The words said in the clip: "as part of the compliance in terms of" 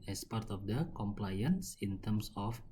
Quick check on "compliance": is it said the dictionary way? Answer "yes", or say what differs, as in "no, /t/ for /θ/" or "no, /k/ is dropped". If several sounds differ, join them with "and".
yes